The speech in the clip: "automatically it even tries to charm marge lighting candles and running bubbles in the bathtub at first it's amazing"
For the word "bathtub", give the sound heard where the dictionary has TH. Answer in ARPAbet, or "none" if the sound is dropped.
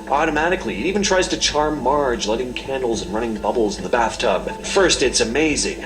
TH